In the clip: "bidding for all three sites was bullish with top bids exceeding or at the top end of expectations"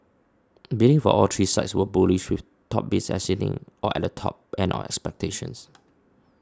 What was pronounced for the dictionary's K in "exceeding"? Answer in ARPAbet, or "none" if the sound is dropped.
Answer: none